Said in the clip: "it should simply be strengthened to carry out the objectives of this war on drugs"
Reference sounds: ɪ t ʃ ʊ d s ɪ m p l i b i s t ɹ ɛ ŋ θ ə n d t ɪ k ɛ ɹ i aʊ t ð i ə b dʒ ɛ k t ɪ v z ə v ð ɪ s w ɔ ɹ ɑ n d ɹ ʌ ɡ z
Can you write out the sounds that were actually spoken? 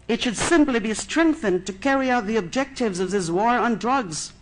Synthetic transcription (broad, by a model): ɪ t ʃ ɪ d s ɪ m p l i b i s t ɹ ɛ ŋ θ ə n t ɪ k ɛ ɹ i aʊ t ð i ə b dʒ ɛ k t ɪ v z ə v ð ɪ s w ɔ ɹ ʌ n d ɹ ʌ ɡ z